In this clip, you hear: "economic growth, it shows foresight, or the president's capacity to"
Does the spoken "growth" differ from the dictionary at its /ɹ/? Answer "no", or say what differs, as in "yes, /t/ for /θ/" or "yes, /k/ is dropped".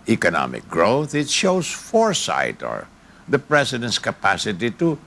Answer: no